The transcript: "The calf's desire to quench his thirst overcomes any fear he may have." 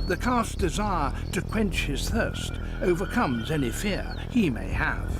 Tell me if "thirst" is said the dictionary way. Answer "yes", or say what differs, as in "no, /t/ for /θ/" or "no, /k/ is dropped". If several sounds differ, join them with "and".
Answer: yes